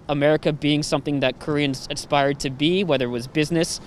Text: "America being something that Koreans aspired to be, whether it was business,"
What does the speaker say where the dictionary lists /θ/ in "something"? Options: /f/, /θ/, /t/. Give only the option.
/θ/